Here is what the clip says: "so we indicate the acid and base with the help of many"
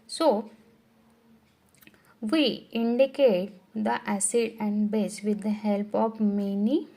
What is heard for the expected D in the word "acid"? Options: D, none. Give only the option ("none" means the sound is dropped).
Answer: D